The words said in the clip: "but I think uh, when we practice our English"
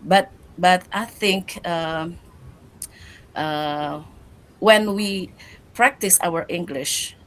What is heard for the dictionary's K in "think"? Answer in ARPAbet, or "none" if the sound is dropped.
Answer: K